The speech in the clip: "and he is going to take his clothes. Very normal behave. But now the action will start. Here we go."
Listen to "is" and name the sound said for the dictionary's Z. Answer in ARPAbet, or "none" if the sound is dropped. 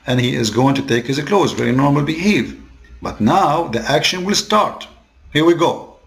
Z